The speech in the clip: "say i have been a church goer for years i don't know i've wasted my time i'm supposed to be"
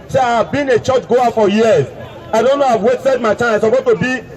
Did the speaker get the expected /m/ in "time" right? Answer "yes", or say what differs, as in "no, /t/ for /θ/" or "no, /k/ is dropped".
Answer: no, /m/ is dropped